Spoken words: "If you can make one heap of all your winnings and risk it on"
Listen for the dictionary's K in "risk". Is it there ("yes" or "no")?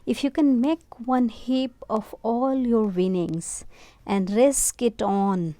yes